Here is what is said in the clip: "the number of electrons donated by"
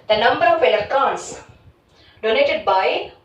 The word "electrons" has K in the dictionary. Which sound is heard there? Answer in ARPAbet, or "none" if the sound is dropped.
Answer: none